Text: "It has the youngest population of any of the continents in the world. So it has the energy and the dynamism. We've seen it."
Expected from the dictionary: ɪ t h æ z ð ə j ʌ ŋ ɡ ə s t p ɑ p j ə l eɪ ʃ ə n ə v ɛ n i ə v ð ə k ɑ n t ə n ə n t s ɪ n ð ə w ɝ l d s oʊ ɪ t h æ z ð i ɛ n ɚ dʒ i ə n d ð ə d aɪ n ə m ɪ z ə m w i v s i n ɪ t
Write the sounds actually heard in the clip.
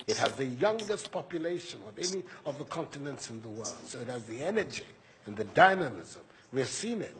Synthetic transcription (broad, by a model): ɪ t h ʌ z ð ə j ʌ ŋ ɡ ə s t p ɑ p j ə l eɪ ʃ ə n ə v ɛ n i ə v ð ə k ɑ n t ə n ə n t s ɪ n ð ə w ɝ l d s oʊ ɪ t h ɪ z ð i ɛ n ɚ dʒ i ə n ð ə d aɪ n ə m ɪ z ə m w i v s i n ɪ t